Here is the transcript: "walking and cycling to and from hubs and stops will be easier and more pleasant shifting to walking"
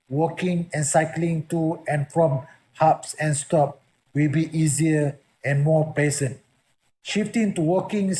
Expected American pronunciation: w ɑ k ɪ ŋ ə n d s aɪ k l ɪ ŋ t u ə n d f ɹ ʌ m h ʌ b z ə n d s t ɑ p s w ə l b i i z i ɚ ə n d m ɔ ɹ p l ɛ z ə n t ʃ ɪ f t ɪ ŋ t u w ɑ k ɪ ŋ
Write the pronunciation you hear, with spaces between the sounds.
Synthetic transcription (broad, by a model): w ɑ k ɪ ŋ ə n s aɪ k l ɪ ŋ t u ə n f ɹ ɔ m h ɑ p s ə n s t ɑ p w ə l b i i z i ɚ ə n m ɔ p ɛ s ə n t ʃ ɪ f t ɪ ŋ t u w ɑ k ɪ ŋ